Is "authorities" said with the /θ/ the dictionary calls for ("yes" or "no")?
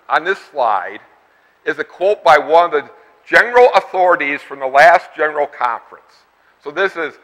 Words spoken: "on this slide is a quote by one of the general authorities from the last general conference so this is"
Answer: yes